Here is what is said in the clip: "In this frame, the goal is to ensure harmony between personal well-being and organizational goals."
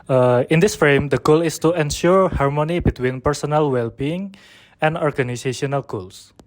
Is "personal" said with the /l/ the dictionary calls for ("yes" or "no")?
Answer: yes